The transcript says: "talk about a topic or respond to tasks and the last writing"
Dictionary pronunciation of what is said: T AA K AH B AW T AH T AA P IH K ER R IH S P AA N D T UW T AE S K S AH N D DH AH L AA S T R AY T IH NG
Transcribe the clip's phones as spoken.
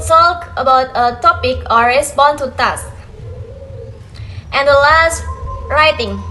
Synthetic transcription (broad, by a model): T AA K AH B AW T AH T AA P IH K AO R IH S B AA N T UW T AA S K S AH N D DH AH L AA S T R AY T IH NG